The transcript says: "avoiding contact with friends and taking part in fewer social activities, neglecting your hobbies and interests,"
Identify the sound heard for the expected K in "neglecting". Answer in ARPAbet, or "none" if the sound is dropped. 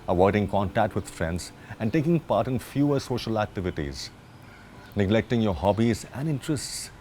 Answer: K